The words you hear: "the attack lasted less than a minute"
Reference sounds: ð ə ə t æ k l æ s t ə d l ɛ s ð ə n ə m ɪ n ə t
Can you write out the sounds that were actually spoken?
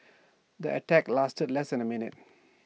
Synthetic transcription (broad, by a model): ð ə ə t æ k l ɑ s t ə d l ɛ s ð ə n ə m ɪ n ə t